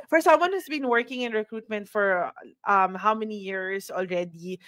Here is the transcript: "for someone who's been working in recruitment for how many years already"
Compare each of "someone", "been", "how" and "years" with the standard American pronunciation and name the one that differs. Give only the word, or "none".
years